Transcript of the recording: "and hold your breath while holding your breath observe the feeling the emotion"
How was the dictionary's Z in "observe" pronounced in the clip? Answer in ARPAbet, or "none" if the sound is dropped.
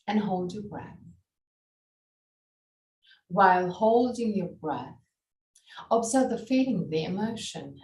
Z